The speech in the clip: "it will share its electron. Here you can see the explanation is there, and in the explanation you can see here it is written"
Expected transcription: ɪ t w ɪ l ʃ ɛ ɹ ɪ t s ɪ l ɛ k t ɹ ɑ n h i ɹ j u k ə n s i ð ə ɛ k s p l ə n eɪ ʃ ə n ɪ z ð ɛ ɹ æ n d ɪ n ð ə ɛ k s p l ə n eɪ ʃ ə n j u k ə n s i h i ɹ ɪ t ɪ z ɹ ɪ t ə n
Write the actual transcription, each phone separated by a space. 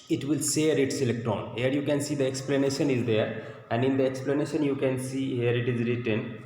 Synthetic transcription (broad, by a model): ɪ t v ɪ l s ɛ ɹ ɪ t s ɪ l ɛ k t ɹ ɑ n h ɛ ɹ j u k ə n s i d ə ɛ k s p l ə n eɪ ʃ ə n ɪ z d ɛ ɹ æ n d ɪ n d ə ɛ k s p l ə n eɪ ʃ ə n j u k ə n s i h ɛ ɹ ɪ t ɪ z ɹ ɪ t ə n